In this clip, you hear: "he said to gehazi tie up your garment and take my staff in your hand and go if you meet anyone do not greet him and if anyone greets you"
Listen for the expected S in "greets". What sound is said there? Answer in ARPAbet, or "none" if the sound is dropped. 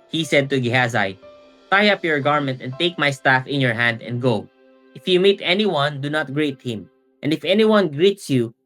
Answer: S